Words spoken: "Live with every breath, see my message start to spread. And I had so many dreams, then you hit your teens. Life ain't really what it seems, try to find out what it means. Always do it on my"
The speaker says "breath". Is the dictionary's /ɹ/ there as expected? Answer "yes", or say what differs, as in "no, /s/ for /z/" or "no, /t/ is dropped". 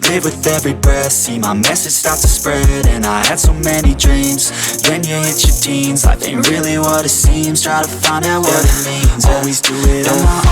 no, /ɹ/ is dropped